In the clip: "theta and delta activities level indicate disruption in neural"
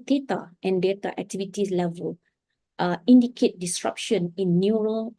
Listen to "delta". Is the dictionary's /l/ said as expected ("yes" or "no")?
no